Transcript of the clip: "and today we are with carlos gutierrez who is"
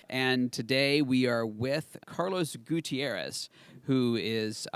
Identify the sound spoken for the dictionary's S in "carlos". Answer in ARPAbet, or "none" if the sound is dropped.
S